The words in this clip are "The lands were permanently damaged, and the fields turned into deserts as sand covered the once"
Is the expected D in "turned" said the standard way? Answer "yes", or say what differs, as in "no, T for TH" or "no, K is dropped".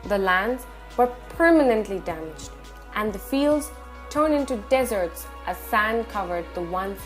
no, D is dropped